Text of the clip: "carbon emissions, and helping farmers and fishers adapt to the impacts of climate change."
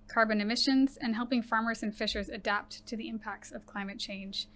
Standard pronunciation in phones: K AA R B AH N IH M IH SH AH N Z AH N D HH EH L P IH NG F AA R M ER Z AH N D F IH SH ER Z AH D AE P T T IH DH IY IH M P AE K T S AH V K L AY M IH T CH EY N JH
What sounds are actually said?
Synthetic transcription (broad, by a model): K AA R B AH N IH M IH SH AH N Z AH N HH EH L P IH NG F AA R M ER Z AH N F IH SH ER Z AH D AE P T T IH DH IY IH M P AE K T S AH V K L AY M IH T CH EY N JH